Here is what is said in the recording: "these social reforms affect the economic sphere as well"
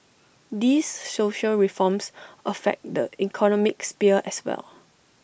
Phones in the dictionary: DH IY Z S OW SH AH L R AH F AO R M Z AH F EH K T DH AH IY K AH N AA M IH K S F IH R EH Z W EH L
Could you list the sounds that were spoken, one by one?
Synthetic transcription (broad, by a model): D IY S S OW SH AH L R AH F AO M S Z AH F EH K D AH IY K AH N AA M IH K S P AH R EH S W EH L